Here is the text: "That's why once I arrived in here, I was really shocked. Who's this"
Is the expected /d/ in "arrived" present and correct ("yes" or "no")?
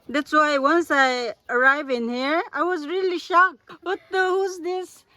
no